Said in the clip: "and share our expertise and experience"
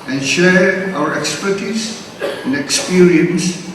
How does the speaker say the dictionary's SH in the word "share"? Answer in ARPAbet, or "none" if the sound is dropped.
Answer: SH